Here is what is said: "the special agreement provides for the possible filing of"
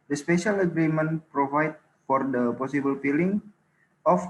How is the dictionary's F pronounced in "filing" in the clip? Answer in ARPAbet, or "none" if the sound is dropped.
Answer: P